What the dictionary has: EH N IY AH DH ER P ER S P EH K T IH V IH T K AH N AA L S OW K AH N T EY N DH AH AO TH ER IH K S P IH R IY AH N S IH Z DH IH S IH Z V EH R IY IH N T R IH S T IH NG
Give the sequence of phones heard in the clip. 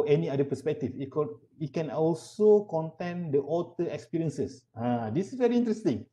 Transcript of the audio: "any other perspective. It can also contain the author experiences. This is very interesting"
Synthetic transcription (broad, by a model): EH N IY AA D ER P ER S P EH K T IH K IH T K AH N AA L S OW K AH N T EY N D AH AO T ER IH K S P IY R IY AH N S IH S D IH S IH S V EH R IY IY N T R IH S T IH NG